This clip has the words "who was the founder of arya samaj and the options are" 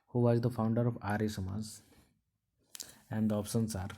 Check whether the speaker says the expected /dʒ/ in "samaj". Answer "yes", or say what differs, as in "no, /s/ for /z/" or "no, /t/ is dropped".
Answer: no, /z/ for /dʒ/